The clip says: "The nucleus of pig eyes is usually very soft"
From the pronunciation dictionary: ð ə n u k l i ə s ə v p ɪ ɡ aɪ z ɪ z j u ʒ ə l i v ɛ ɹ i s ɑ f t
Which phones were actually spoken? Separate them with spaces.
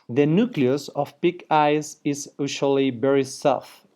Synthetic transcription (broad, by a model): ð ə n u k l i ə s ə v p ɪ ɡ aɪ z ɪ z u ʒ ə l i b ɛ ɹ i s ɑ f